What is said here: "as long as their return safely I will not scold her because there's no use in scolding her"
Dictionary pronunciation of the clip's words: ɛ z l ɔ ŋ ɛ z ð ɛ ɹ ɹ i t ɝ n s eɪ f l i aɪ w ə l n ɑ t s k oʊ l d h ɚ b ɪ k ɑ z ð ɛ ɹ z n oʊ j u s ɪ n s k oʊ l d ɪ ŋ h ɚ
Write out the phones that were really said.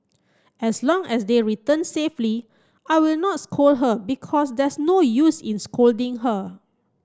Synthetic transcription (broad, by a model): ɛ s l ɔ ŋ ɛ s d ɛ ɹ ɹ i t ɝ n s eɪ f l i aɪ w ə l n ɑ t s k oʊ l h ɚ b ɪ k ɑ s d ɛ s n oʊ j u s ɪ n s k oʊ l d ɪ ŋ h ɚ